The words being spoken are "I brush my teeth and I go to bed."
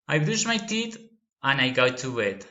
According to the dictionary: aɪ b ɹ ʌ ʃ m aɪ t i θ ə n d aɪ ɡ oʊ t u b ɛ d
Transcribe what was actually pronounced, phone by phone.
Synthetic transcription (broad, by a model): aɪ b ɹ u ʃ m aɪ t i t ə n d aɪ ɡ oʊ t u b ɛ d